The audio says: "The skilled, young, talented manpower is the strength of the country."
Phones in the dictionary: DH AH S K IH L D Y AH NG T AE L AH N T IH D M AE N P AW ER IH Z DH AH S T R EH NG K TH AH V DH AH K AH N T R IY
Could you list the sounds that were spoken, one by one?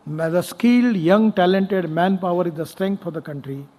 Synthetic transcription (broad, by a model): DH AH S K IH L D Y AH NG T AE L AH N T IH D M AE N P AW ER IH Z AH S T R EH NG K F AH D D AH K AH N T R IY